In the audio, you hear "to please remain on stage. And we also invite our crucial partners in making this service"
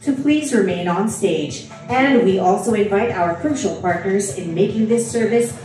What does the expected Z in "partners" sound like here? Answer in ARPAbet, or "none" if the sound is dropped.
Z